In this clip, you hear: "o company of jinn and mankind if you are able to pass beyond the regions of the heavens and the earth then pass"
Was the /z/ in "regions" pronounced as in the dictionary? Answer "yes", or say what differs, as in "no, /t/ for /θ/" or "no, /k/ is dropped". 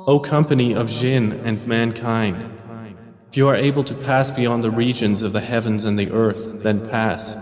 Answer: yes